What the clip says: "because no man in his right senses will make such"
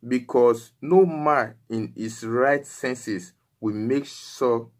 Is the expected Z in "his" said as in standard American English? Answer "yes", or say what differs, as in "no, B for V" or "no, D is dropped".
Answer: no, S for Z